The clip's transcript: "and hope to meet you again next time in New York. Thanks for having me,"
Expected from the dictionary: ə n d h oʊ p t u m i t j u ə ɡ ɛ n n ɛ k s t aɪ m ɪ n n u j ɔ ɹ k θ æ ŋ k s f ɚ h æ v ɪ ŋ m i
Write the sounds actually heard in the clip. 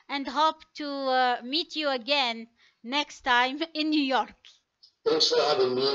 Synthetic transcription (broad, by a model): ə n d h oʊ p t u m i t j u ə ɡ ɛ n n ɛ k s t aɪ m ɪ n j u j ɔ ɹ k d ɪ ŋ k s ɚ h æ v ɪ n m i